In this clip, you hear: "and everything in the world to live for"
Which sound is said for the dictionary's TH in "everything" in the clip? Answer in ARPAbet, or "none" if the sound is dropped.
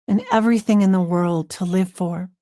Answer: TH